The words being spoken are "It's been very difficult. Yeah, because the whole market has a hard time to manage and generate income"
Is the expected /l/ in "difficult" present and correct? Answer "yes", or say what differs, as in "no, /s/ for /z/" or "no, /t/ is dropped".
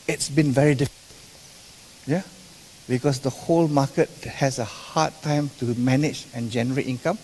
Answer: no, /n/ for /l/